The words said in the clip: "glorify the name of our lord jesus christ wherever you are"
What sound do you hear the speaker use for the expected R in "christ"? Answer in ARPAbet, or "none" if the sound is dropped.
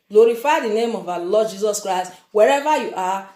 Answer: R